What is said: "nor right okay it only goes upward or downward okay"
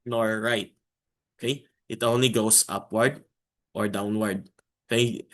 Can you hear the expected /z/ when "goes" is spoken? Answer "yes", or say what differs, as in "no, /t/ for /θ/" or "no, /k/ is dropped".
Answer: no, /s/ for /z/